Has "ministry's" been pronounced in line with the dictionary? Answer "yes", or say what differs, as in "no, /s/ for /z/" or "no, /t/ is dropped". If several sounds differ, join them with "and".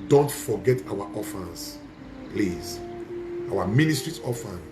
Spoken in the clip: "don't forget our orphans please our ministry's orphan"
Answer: no, /s/ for /z/